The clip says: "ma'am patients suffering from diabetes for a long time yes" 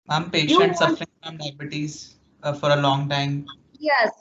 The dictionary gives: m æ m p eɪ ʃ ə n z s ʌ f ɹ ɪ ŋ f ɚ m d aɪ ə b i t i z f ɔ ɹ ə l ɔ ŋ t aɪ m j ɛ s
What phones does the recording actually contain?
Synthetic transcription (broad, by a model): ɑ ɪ m p eɪ ʃ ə n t s ʌ f ɹ ɪ ŋ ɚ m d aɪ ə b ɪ t i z f ɔ ɹ ə l ɔ ŋ t aɪ m j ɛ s